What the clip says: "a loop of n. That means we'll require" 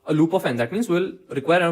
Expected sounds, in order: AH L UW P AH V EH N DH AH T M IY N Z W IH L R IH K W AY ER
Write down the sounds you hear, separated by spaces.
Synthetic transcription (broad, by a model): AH L UW P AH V EH N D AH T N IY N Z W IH L R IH K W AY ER